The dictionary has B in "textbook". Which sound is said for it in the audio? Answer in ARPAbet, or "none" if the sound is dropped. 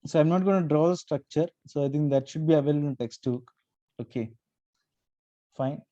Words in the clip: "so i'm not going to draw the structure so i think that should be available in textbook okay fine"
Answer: none